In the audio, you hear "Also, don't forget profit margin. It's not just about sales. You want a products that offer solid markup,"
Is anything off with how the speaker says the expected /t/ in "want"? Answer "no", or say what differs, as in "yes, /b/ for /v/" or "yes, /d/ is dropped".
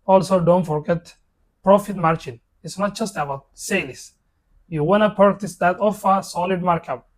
yes, /t/ is dropped